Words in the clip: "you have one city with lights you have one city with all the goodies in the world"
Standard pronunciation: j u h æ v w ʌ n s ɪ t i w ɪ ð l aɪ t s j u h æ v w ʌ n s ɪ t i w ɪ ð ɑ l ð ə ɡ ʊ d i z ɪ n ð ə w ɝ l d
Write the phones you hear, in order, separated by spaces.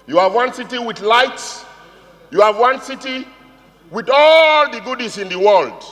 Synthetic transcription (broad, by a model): j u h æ v w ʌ n s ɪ t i w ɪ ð l aɪ t s j u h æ v w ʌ n s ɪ t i w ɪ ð ɑ l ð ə ɡ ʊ d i s ɪ n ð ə w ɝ l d